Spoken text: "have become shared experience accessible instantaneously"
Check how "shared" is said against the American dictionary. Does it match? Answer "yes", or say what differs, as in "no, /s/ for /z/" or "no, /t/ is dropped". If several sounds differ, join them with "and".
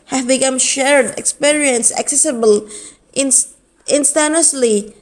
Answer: yes